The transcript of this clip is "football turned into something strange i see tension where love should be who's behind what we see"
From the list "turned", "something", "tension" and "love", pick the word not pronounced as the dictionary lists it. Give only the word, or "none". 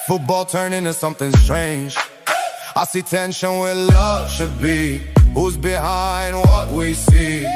turned